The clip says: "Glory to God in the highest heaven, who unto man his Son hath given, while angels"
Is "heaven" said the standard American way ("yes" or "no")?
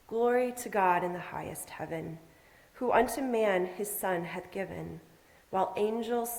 yes